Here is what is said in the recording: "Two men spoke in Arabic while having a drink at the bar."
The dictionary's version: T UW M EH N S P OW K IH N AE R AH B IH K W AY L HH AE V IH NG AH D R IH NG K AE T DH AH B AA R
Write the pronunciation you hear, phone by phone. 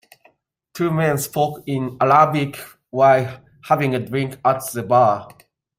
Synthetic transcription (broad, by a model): T UW M EH N S P OW K IH N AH L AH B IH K W AY L HH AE V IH NG AH D R IH NG K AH T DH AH B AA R